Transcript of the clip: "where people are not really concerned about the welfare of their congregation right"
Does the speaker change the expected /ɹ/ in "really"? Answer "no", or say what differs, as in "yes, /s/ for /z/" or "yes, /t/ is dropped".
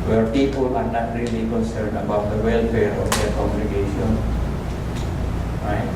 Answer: no